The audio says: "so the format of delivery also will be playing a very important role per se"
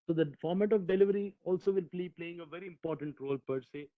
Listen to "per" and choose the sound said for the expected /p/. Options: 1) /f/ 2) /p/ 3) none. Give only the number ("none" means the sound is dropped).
2